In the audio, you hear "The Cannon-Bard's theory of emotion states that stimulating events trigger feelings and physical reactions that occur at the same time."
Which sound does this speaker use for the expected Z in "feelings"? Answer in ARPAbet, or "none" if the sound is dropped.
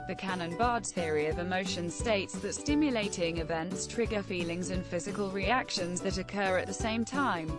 Z